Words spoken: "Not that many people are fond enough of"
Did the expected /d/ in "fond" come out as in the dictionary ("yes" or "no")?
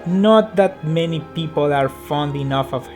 yes